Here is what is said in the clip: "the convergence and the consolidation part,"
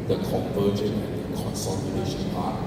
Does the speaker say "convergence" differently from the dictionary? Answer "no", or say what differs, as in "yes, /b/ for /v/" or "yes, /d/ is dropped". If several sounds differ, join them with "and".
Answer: yes, /s/ is dropped